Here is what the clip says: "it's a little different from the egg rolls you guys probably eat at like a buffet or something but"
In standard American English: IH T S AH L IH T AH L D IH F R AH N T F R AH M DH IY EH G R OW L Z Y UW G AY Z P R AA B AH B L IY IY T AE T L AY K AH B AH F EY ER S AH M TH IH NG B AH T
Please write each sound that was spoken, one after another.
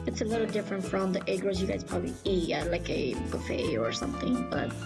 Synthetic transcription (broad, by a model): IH T S AH L IH T L D IH F R AH N T F R AH M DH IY EH G R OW Z Y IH G AY Z P R AA B AH B L IY IY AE L AY K AH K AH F EY ER S AH M TH IH NG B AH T